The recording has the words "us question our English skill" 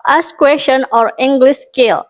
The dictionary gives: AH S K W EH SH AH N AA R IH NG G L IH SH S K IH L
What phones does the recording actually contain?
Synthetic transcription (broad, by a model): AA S K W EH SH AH N AA R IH NG G L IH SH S K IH L